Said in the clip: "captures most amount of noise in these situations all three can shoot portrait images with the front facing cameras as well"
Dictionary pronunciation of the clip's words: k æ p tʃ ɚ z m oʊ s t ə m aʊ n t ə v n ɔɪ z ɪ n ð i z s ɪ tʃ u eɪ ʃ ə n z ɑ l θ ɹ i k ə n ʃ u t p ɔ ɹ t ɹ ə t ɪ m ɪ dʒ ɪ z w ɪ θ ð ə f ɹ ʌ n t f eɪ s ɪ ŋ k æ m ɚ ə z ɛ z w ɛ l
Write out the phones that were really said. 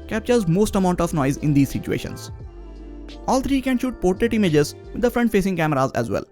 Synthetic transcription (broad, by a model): k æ p tʃ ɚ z m oʊ s t ə m aʊ n t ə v n ɔɪ z ɪ n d i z s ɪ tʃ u eɪ ʃ ə n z ɑ l t ɹ i k ə n ʃ u t p ɔ ɹ t ɹ ə t ɪ m ɪ dʒ ɪ z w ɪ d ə f ɹ ʌ n t f eɪ s ɪ ŋ k æ m ɚ ə z ɛ z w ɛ l